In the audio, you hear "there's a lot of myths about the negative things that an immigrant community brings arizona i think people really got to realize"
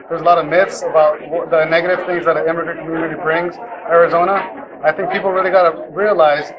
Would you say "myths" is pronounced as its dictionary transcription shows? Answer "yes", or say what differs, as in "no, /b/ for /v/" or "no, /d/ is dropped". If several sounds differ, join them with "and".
yes